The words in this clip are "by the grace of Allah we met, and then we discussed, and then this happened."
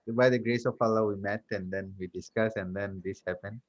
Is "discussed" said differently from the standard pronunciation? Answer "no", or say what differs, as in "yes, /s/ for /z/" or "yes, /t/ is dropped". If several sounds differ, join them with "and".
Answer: yes, /t/ is dropped